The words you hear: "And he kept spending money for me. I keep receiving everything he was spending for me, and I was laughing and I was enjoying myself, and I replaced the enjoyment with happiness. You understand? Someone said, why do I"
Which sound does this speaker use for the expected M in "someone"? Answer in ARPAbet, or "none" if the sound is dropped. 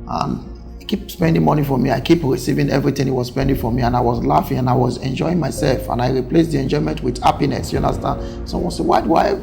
none